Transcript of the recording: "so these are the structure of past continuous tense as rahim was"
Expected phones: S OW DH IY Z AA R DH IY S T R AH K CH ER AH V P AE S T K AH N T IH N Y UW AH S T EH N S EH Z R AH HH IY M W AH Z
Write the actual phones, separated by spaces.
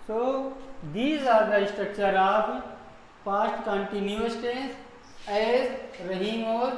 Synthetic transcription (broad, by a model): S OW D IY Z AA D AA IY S T R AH K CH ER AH P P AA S T K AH N T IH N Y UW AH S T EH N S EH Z R AH HH IY M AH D